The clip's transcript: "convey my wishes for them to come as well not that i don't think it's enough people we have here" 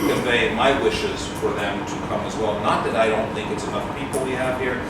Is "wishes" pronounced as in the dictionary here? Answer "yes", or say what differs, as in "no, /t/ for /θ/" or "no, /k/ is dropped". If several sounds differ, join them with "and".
yes